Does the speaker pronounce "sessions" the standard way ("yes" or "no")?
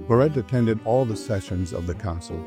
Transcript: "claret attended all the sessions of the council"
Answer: yes